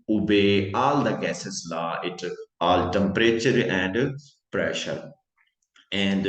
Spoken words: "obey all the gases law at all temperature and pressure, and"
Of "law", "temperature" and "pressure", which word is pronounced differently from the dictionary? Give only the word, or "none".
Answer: none